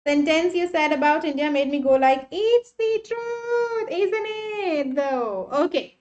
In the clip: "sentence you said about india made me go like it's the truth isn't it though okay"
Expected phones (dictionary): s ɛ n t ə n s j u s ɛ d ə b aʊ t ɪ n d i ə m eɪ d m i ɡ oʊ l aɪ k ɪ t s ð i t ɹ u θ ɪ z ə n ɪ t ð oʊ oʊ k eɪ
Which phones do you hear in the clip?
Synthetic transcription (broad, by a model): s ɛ n t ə n s j u s ɛ d ə b aʊ t ɪ n d i ə m eɪ d m i ɡ oʊ l aɪ k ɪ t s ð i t ɹ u t ɪ z ə n ɪ t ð oʊ oʊ k eɪ